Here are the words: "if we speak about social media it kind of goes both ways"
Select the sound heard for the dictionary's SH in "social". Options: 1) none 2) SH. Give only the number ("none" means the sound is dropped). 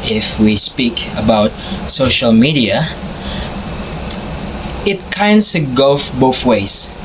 2